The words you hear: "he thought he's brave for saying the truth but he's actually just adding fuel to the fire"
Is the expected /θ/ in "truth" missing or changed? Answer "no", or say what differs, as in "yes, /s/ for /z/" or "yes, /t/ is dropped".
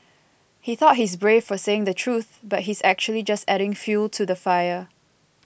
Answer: no